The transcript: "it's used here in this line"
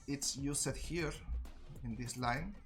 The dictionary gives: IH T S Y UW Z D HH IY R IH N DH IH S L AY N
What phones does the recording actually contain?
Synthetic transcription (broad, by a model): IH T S Y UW S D HH IY R IH N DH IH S L AY N